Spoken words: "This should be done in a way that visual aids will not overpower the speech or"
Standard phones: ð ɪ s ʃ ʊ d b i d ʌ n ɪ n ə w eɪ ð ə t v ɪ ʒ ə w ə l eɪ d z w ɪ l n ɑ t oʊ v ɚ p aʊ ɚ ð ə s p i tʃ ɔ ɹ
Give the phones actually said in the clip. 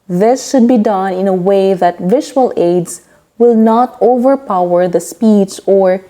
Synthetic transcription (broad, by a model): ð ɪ s ʃ ʊ d b i d ʌ n ɪ n ə w eɪ ð ə t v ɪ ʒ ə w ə l eɪ d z w ɪ l n ɑ t oʊ v ɚ p aʊ ɚ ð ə s p i s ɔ ɹ